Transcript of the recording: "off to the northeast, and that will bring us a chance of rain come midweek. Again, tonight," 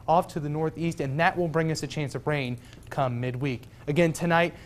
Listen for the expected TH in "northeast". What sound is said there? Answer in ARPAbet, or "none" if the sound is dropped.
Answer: TH